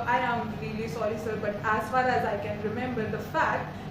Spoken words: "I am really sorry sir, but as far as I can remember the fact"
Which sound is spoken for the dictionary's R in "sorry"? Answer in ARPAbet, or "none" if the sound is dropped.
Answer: L